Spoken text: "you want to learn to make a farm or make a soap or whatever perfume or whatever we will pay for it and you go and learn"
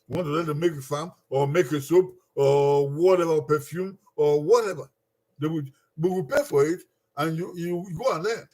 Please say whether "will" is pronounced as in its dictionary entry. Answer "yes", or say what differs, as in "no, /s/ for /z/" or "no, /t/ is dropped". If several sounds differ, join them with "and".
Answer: no, /w/ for /l/